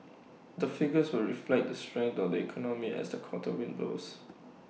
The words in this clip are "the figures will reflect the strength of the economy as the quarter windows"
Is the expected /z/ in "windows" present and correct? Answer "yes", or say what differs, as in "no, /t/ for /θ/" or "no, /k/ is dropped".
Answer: no, /s/ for /z/